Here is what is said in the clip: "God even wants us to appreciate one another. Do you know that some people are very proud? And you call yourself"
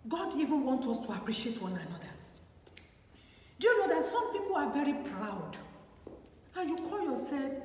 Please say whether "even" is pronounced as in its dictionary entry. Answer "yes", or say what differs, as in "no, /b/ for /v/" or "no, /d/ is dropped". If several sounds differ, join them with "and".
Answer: yes